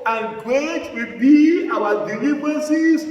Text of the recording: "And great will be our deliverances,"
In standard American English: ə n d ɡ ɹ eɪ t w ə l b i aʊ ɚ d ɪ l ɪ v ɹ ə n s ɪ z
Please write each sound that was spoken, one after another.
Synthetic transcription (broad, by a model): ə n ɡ eɪ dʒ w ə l b i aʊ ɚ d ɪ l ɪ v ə n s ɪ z